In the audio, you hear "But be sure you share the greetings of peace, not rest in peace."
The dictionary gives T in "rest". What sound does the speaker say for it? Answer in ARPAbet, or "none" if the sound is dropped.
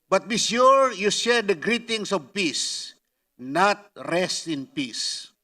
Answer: T